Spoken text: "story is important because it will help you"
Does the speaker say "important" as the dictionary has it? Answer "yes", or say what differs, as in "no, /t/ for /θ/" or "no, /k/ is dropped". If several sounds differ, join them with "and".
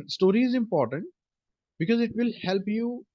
yes